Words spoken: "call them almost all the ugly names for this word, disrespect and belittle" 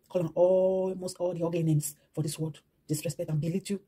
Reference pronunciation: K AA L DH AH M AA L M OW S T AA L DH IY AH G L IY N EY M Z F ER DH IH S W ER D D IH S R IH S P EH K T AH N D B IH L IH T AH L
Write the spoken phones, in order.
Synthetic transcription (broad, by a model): K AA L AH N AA M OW S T AA L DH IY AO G IY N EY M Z F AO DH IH S W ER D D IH S R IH S P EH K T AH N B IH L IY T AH